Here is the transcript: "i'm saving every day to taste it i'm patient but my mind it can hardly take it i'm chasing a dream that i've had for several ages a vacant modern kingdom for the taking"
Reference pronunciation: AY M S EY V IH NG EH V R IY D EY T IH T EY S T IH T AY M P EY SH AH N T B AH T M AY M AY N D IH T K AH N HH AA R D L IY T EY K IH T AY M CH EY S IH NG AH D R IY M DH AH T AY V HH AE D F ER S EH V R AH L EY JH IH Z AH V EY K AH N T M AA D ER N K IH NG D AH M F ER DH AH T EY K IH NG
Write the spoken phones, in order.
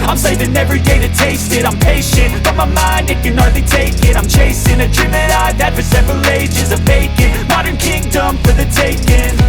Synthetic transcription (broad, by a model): AY M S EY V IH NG EH V R IY D EY T IH T EY S T IH T AY M P EY SH AH N T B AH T M AY M AY N D IH T K AH N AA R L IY T EY K IH T AY M CH EY S IH NG AH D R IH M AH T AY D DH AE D F ER S EH V R AH L EY JH IH Z AH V EY K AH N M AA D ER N K IH NG D AH M F ER DH AH T EY K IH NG